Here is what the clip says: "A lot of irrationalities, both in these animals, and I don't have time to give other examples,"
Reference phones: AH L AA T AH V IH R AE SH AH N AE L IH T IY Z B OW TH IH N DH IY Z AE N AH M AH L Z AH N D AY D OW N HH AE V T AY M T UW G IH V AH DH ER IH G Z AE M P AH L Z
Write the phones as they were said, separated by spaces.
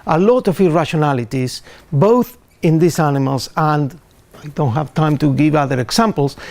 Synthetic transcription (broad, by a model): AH L AA T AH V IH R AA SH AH N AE L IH T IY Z B OW TH IH N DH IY S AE N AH M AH L S AH N D AY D OW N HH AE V T AY M T UW G IH V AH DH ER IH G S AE M P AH L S